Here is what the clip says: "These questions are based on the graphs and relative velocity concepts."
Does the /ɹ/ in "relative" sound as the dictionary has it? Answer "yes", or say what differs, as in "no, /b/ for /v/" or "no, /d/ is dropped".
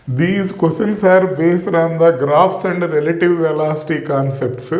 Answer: yes